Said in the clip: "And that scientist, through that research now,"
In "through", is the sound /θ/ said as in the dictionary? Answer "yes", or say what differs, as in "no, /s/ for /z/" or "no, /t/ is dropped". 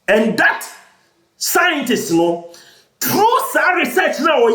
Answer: no, /t/ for /θ/